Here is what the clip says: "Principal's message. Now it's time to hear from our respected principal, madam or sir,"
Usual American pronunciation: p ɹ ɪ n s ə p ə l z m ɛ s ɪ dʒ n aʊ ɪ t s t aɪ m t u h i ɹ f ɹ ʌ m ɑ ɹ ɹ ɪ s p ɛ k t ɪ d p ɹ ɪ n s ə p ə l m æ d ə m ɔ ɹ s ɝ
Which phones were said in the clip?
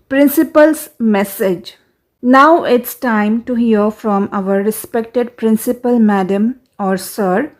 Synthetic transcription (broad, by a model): p ɹ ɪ n s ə p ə l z m ɛ s ɪ dʒ n aʊ ɪ t s t aɪ m t u h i ɹ f ɹ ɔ m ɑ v ɹ ɪ s p ɛ k t ɪ d p ɹ ɪ n s ə p ə l m æ d ə m ɔ ɹ s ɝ